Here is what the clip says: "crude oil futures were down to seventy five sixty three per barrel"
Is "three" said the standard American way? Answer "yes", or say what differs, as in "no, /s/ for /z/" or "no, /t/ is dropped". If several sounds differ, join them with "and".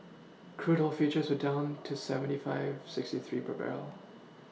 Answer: yes